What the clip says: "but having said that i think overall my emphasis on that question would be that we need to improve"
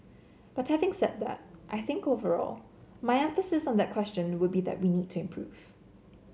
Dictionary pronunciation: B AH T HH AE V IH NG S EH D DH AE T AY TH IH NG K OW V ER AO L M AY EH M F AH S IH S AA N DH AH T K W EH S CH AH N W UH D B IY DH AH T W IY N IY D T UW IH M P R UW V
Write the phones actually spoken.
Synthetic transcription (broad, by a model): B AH T HH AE V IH NG S EH D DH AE T AY TH IH NG K OW V ER AO L M AY EH M F AH S IH S AA N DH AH T K W EH S CH AH N W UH D B IY DH AH T W IY N IY D T UW IH M P R UW V